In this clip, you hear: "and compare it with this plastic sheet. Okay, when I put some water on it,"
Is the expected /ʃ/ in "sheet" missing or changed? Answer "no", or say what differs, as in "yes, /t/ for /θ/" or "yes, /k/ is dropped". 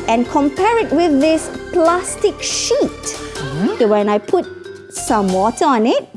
no